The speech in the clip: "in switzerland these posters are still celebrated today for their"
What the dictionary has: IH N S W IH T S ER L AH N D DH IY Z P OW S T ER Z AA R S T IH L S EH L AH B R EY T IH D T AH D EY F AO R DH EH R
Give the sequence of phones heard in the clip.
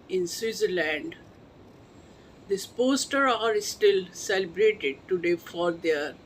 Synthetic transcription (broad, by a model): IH N S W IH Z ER L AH N D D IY S P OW S T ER AA R S T IH L S EH L AH B R EY T IH D T AH D EY F AO R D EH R